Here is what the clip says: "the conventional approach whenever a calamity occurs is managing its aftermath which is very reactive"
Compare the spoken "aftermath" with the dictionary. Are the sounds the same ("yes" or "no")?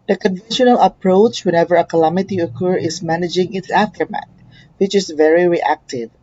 no